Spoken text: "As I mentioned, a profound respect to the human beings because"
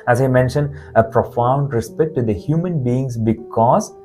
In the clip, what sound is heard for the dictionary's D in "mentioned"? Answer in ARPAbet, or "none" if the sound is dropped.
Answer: D